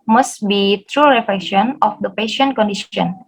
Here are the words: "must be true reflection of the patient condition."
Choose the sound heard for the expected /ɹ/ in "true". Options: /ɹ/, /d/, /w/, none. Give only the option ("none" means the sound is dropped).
/ɹ/